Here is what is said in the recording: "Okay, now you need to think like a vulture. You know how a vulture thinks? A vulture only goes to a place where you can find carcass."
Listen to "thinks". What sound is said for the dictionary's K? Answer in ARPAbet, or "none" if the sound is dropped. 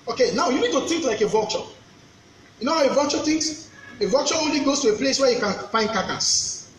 none